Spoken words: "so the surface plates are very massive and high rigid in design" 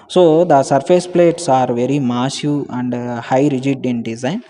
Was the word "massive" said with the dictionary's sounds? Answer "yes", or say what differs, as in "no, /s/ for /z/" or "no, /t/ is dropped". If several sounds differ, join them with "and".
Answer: no, /v/ is dropped